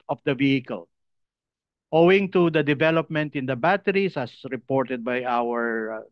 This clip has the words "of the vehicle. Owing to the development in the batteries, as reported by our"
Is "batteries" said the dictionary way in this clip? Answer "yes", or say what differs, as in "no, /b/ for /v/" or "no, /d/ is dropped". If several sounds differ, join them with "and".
no, /s/ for /z/